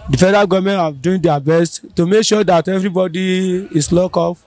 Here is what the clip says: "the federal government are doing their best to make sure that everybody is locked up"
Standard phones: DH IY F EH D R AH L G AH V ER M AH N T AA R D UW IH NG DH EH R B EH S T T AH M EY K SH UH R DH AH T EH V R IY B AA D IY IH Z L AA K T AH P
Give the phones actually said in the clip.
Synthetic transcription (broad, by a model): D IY F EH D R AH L G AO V M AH N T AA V D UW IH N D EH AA B EH S T T AH M EY K SH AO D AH T EH V R IY B AA D IY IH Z L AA K AO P